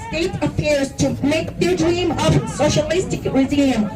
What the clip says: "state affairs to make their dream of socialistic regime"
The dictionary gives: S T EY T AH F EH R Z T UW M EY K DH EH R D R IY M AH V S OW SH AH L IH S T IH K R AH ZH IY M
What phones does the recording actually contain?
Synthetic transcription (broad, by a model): S T EY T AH P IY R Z T UW M EY K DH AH D R IY M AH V S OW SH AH L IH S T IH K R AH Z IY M